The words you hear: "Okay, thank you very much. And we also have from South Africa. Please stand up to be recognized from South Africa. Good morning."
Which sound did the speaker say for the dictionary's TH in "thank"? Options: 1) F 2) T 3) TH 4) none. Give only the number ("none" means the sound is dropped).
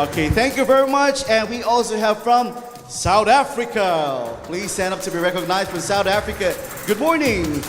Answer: 3